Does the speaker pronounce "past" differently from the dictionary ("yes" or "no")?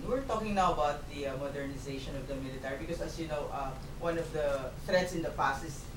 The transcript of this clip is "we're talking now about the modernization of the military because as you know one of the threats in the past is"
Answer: yes